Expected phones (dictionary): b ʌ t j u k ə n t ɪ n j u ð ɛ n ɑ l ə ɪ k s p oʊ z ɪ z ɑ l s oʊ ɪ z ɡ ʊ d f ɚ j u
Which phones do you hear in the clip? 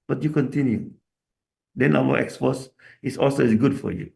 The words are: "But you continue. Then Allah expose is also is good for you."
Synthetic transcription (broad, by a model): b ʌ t j u k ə n t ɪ n j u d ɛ n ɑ w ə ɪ k s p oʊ s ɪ s ɑ l s oʊ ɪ s ɡ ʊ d f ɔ j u